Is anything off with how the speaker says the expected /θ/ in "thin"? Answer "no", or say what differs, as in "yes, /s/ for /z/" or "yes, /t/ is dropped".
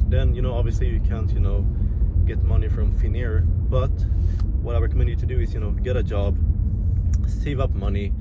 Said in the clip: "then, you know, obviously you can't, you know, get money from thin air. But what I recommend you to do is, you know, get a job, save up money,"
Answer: yes, /f/ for /θ/